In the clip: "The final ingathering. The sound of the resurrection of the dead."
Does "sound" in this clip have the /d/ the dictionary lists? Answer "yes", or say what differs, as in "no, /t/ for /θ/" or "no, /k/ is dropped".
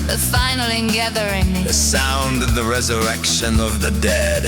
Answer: yes